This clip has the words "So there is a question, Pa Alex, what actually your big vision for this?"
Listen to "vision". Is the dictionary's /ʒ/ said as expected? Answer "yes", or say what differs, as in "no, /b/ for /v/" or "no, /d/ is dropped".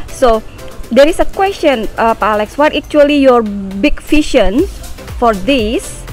no, /ʃ/ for /ʒ/